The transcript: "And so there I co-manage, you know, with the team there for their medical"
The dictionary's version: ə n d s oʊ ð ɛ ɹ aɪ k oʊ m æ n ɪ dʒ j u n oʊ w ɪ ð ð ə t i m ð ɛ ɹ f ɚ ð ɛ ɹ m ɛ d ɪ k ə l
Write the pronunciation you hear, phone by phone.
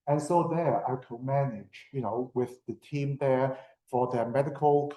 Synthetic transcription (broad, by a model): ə n s oʊ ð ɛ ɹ aɪ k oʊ m æ n ɪ dʒ j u n oʊ w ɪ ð ð ə t i m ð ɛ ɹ f ɚ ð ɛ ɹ m ɛ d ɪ k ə l